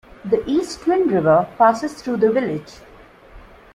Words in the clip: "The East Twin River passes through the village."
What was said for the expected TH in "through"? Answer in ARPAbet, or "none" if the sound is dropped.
T